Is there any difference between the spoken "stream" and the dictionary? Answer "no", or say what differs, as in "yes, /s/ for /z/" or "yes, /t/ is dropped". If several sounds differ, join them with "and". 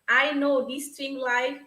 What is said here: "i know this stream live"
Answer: yes, /ɹ/ is dropped